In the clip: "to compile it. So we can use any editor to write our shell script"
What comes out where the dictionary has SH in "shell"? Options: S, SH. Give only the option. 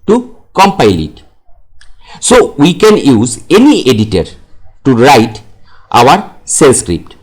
S